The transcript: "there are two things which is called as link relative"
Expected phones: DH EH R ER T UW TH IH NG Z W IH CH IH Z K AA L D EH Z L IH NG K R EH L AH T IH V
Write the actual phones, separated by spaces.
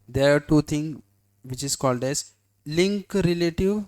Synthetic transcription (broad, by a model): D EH R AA T UW T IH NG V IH CH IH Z K AA L D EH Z L IH NG K R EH L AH T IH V